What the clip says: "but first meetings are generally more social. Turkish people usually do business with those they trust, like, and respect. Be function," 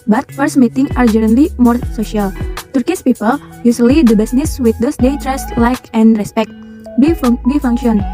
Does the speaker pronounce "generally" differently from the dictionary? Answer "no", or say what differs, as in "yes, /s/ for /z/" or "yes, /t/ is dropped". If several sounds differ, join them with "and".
yes, /n/ is dropped